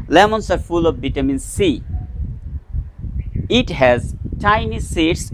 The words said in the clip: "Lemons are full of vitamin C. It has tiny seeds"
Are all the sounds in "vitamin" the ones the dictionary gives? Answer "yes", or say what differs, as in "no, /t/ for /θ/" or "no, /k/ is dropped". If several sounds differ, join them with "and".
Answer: no, /b/ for /v/